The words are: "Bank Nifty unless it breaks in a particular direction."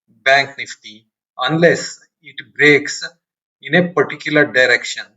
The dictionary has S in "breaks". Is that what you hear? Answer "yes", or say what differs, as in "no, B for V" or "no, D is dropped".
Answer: yes